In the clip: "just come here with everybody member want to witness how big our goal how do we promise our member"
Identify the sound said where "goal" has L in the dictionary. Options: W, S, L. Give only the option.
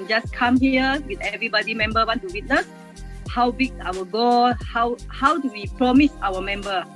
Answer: W